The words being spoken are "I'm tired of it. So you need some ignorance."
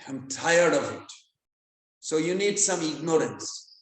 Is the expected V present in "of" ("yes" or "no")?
yes